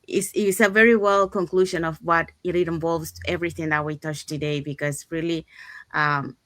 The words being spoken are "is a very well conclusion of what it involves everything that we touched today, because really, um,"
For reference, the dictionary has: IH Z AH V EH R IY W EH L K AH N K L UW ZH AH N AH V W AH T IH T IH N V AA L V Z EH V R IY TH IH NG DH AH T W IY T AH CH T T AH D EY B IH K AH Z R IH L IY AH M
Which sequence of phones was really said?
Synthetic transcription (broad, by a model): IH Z AH V EH R IY W EH L K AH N K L UW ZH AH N AH V W AH T IH T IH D V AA L V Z EH V R IY TH IH NG DH AH T W IY T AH CH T T AH D EY B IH K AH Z R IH L IY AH M